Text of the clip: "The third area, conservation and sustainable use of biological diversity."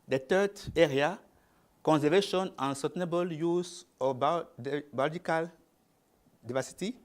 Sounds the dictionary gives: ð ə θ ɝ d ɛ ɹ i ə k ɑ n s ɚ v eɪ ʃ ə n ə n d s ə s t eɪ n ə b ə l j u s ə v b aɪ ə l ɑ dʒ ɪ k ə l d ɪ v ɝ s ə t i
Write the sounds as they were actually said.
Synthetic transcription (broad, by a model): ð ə t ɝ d ɛ ɹ i ə k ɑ n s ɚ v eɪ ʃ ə n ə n s ə s t eɪ n ə b ə l j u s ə b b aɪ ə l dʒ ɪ k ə l d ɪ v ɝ s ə t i